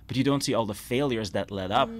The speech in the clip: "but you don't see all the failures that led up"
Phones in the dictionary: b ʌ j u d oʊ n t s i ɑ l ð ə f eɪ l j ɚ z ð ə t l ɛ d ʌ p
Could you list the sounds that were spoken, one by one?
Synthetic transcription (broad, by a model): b ʌ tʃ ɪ d oʊ n t s i ɑ l ð ə f eɪ l j ɚ z ð ə t l ɛ d ʌ p